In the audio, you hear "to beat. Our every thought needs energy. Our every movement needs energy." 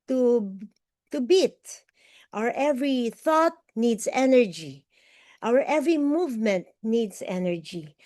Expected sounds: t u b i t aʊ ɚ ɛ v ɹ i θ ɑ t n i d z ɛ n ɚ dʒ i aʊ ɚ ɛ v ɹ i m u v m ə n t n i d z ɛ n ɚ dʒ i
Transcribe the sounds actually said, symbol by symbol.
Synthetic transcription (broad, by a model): t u b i t aʊ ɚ ɛ v ɹ i θ ɑ t n i d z ɛ n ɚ dʒ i aʊ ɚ ɛ v ɹ i m u v m ə n t n i d s ɛ n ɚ dʒ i